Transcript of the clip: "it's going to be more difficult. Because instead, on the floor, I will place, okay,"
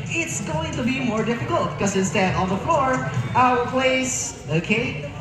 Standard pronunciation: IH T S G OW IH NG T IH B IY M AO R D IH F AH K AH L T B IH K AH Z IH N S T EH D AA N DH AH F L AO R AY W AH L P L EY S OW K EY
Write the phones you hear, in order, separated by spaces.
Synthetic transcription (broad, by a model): IH T S G OW IH NG T IH B IY M AO R D IH F AH K AH L T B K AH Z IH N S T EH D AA L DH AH F L AO R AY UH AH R P L EY S OW K EY